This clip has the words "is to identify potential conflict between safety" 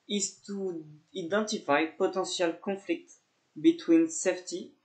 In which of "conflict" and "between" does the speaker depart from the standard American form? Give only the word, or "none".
none